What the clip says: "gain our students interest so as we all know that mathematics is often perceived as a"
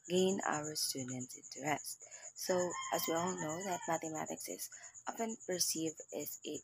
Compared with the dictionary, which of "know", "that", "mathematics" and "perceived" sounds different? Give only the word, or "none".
perceived